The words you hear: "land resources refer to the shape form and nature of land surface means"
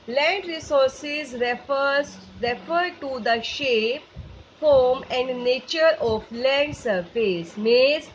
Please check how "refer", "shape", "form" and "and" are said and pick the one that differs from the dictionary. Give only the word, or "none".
none